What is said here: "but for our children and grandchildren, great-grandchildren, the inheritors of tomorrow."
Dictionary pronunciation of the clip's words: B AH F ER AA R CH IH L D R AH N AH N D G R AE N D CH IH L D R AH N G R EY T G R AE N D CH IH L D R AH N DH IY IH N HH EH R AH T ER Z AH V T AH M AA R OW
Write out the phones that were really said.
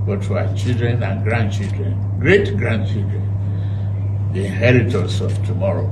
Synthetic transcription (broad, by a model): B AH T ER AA CH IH L D R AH N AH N G R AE N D CH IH L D R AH N G R EY T G R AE N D CH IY L D R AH N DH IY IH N HH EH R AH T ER S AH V T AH M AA R OW